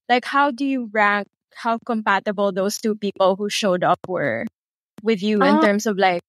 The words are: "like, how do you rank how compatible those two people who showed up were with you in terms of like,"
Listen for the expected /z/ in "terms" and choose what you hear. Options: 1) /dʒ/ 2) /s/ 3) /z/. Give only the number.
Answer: 2